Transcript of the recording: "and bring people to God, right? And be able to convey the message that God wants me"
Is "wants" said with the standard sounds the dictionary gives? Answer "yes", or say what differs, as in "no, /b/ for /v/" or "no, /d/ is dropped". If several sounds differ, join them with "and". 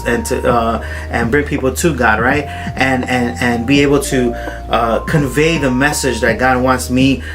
yes